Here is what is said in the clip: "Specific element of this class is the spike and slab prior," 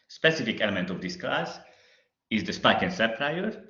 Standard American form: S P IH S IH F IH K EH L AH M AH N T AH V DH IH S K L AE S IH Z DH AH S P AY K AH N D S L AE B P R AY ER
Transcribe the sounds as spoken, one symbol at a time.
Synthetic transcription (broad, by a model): S P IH S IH F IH K EH L AH M AH N T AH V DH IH S K L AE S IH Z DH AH S P AY K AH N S AE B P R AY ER